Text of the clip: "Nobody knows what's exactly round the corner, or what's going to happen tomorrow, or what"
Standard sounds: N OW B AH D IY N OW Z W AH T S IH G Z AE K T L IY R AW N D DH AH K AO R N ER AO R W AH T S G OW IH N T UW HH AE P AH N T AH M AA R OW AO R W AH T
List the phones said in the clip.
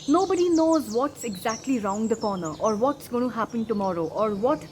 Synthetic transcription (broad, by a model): N OW B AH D IY N OW Z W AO T S IH G Z AE K T L IY R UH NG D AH K AO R N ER AO R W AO T S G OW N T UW HH AE P AH N T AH M AA R OW AO R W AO T